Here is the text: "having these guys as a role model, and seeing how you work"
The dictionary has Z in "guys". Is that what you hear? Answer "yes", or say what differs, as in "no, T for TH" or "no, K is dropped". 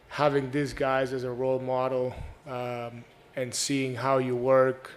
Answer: yes